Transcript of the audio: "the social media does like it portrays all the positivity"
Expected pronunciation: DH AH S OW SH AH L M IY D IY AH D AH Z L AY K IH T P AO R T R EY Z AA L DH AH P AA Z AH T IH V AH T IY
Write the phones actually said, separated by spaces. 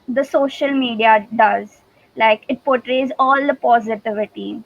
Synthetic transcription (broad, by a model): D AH S OW SH AH L M IY D IY AH D AH Z L AY K IH T P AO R T R EY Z AA L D AH P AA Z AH T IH V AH T IY